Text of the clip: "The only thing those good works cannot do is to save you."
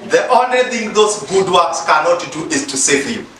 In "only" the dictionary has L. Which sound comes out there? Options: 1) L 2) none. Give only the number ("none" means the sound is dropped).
1